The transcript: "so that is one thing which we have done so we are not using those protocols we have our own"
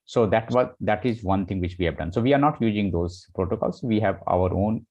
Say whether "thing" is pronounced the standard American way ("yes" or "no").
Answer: no